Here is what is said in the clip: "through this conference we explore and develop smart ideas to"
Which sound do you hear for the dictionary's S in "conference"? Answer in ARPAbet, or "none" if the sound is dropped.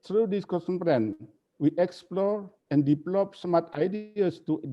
none